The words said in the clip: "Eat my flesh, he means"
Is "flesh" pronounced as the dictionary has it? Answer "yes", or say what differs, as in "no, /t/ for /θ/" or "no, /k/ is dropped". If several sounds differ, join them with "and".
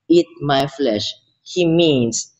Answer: yes